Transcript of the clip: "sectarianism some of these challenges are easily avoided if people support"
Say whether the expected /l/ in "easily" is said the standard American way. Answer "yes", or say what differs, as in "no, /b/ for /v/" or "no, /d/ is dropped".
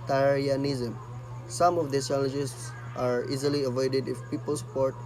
yes